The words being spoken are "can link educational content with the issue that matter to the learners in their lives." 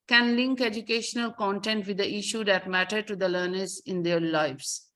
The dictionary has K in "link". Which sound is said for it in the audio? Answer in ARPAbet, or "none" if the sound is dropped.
K